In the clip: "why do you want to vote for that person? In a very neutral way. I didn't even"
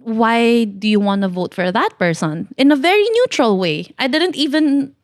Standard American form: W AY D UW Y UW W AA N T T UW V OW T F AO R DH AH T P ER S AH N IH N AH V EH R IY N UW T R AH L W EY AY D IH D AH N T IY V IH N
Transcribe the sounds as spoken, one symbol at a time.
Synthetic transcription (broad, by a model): W AY D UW Y UW W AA N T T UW V OW T F AO R DH AH T P ER S AH N IH N AH V EH R IY N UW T R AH L W EY AY D IH D AH N T IY V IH N